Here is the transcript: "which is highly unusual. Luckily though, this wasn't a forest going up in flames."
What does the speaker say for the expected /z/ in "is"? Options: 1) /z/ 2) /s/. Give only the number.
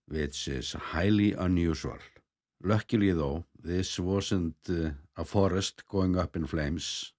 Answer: 2